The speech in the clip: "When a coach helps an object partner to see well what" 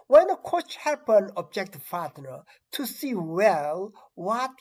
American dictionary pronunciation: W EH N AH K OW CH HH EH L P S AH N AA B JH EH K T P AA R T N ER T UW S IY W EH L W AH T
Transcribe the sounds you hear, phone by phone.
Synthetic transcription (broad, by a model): W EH N AH K OW CH HH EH P AH N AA B JH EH K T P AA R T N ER T UW S IY W EH L W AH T